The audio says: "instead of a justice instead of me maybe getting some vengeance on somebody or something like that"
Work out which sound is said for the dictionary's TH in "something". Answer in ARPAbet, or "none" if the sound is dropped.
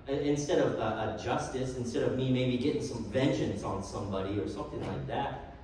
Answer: TH